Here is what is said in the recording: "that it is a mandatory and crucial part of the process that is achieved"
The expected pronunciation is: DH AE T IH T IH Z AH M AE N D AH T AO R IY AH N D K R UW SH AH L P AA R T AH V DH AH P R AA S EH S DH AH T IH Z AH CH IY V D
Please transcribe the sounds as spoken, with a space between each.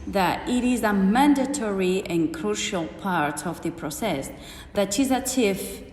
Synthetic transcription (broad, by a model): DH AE T IH T IH Z AH M AE N D AH T AO R IY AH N K R UW SH AH L P AA R T AH V DH AH P R AA S EH S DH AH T IH Z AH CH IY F